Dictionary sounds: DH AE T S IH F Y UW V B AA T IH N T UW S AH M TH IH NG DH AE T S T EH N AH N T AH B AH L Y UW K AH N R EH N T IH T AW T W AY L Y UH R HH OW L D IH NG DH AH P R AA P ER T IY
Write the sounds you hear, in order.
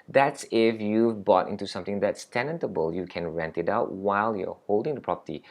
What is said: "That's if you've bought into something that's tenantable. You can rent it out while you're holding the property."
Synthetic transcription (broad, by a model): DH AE T S IH F Y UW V B AA T IH N T UW S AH M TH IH NG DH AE T S T EH N AH N T AH B AH L Y UW K AH N R EH N T IH T AW T W AY L Y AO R HH OW L D IH NG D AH P R AA P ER T IY